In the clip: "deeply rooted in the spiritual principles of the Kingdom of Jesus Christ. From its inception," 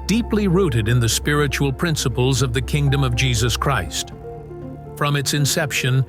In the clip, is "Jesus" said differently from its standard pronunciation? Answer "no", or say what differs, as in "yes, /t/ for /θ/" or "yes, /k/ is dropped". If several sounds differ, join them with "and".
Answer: no